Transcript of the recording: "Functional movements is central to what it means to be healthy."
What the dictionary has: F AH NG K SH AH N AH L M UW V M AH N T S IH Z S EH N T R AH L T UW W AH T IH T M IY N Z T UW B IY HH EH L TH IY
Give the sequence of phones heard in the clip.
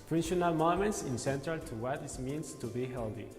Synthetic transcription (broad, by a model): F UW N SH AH N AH L M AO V M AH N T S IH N S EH N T AH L T UW W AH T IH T M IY N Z T UW B IY HH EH L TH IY